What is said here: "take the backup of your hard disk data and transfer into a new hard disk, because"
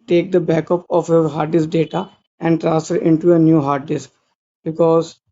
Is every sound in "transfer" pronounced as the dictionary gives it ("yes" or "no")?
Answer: no